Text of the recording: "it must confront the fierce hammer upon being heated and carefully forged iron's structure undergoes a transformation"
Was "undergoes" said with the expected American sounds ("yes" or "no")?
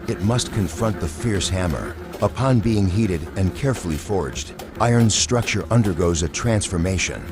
yes